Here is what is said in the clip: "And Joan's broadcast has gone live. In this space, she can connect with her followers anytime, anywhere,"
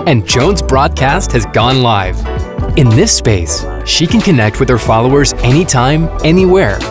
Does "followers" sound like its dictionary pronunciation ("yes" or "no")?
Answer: yes